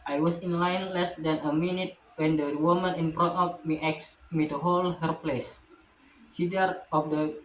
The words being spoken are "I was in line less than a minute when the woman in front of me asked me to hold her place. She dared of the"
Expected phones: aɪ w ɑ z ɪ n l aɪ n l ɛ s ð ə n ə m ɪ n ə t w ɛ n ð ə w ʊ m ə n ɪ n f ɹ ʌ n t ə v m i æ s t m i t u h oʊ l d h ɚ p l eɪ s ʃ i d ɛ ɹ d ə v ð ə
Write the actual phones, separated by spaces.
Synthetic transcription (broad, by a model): aɪ w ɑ s ɪ n l aɪ n l ɛ s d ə n ə m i n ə t w ɛ n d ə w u m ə n ɪ n p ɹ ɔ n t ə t m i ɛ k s m i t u h oʊ l h ɚ p l eɪ s s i d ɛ ɹ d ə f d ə